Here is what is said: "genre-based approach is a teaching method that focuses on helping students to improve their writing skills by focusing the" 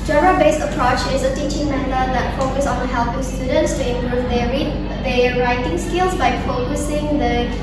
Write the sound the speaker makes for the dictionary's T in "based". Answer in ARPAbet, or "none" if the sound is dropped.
none